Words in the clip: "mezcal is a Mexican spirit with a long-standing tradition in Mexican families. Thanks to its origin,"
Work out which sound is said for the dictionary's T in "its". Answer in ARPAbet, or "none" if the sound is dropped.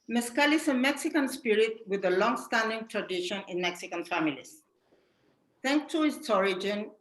S